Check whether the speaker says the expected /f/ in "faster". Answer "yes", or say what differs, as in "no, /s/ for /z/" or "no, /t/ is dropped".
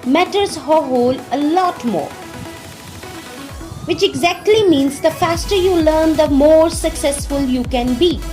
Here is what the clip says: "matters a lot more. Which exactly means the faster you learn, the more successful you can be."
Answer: yes